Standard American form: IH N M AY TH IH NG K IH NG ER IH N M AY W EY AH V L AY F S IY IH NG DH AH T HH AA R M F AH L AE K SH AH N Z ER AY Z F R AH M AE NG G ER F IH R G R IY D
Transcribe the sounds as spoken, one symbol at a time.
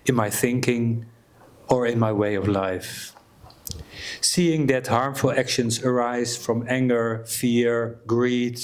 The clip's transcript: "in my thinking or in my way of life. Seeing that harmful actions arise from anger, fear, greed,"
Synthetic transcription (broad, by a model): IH N M AY TH IH NG K IH NG ER IH N M AY W EY AH V L AY F S IY IH NG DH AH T HH AA R M F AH L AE K SH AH N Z ER AY Z F R AH M AE NG G ER F IH R G R IY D